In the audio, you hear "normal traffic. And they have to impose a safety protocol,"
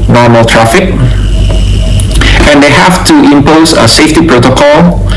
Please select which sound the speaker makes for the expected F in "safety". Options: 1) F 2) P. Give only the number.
1